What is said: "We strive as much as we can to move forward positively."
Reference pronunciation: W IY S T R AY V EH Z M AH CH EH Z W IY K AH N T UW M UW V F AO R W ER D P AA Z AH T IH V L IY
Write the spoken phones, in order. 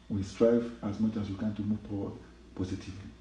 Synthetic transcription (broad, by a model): W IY S T R AY V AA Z M AH CH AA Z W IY K AH N T UW M UW V P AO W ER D P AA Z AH T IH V L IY